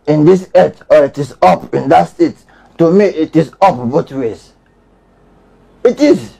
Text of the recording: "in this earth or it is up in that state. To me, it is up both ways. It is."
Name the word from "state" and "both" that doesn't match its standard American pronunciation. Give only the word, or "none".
both